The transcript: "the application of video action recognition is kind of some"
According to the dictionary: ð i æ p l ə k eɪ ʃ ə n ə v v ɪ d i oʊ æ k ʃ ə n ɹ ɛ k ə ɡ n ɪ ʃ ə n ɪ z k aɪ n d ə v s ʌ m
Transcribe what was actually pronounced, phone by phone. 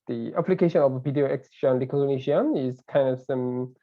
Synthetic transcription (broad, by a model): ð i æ p l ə k eɪ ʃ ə n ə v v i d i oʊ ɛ k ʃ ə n l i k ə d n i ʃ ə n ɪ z k aɪ n d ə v s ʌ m